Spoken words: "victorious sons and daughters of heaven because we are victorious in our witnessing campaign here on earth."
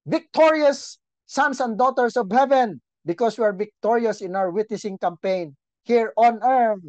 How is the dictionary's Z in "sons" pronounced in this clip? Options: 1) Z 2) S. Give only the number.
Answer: 2